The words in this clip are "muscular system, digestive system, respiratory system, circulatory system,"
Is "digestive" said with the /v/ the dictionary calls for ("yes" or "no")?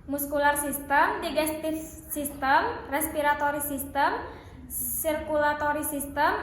no